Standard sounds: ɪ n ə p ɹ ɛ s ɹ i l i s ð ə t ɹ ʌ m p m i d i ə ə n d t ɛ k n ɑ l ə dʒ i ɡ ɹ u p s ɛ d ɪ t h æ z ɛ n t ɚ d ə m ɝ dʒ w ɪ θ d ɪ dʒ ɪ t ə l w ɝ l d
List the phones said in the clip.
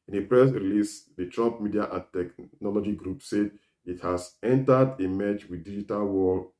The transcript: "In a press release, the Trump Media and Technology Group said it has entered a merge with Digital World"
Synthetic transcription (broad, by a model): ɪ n ə p ɹ ɛ s ɹ i l i s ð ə t ɹ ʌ m p m i d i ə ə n t ɛ k n ɑ l ə dʒ i ɡ ɹ u p s ɛ d ɪ t h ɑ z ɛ n t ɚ d ə m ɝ tʃ w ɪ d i dʒ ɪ t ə l w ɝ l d